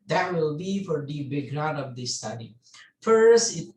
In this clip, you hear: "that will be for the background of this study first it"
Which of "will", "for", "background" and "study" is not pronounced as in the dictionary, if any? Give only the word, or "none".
background